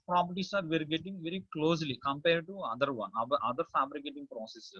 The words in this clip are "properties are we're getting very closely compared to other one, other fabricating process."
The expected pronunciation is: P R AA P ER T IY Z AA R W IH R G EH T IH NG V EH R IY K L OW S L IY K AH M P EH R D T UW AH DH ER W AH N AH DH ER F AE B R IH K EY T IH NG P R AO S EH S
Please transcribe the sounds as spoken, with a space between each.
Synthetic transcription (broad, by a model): P R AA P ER T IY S AA R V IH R G EH T IH NG V EH R IY K L OW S L IY K AH M P EH R D T UW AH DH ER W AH N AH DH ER F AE B R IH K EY T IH NG P R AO S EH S